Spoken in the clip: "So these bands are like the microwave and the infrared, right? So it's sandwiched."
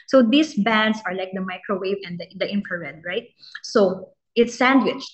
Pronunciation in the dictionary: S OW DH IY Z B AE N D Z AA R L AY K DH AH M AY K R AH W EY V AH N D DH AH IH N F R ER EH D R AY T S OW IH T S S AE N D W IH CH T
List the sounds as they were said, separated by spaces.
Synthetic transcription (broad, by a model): S OW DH IY S B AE N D S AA R L AY K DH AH M AY K R AH W EY V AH N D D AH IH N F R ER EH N R AY T S OW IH T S S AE N D W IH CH